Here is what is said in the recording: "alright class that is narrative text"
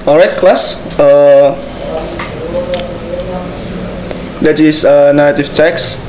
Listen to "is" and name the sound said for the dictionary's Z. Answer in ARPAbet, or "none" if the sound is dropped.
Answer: S